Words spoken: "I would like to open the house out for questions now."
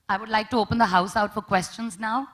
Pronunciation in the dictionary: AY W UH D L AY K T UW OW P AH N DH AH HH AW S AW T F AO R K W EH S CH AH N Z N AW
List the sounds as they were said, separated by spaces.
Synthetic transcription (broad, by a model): AY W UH D L AY K T UW OW P AH N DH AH HH AW S AW T F AO R K W EH S CH AH N Z N AW